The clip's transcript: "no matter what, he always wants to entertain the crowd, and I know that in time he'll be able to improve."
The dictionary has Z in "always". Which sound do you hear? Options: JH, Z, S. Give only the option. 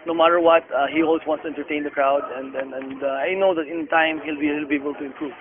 S